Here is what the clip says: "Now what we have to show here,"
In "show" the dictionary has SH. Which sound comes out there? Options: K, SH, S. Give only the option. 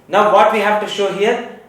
SH